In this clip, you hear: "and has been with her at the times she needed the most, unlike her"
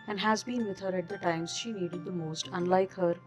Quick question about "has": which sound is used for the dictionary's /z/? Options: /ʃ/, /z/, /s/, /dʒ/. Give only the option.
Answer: /z/